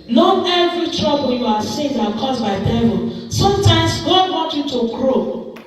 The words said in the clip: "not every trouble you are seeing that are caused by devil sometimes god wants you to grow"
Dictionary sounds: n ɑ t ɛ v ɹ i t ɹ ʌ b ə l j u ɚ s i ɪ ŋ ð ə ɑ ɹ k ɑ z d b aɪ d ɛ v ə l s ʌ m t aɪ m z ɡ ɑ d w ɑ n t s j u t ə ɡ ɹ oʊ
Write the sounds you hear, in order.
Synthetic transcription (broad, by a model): n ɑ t ɛ v ɹ i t ɹ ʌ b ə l j u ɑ s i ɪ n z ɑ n k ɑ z b aɪ d ɛ v ə l s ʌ m t aɪ m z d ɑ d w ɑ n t j u t ə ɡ ɹ oʊ